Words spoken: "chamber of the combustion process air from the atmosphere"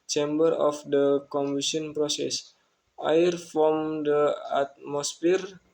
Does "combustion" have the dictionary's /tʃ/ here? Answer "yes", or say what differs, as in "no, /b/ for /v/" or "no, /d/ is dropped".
no, /tʃ/ is dropped